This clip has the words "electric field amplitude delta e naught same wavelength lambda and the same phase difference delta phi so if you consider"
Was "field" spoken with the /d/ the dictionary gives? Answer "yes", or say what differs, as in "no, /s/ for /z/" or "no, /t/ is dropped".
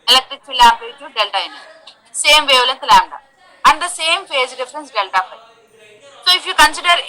no, /d/ is dropped